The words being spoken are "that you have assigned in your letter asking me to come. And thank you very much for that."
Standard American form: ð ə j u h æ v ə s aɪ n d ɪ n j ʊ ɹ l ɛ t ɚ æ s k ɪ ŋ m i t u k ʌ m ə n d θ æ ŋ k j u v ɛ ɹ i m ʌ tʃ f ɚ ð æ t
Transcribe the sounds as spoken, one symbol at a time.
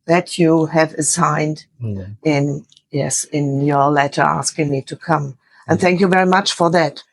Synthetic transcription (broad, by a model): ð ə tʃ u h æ v ə s aɪ n d ɪ n j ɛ ɹ l ɛ t ɚ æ s k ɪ ŋ m i t u k ʌ m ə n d θ æ ŋ k j u v ɛ ɹ i m ʌ tʃ f ɚ ð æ t